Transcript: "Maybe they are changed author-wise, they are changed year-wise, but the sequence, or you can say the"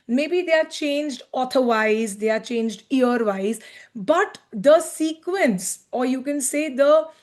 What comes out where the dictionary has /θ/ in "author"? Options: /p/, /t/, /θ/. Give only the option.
/t/